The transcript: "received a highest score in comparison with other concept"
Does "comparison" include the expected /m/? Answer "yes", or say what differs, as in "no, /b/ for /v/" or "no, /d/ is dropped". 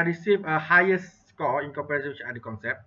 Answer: no, /m/ is dropped